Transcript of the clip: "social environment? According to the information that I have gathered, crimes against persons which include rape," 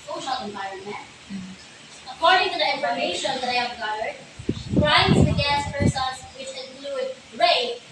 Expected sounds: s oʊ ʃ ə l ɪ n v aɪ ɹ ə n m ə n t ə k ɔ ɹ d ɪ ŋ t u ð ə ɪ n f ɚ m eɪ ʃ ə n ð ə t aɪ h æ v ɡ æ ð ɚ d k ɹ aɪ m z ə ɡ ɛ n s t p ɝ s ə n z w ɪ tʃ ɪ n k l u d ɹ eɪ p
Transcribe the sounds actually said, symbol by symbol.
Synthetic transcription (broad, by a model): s oʊ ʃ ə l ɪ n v aɪ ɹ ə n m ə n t ə k ɔ ɹ d ɪ ŋ t u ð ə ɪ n f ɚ m eɪ ʃ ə n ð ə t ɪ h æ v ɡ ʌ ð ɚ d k ɹ aɪ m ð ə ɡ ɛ s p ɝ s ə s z w ɪ tʃ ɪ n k l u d ɹ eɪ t